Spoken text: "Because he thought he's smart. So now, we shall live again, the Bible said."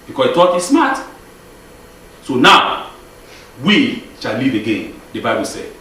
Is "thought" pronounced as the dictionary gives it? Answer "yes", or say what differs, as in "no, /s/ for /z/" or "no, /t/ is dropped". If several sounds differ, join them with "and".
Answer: no, /t/ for /θ/